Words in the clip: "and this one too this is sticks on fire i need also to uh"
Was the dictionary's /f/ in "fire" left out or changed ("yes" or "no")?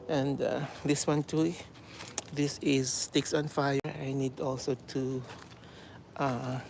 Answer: no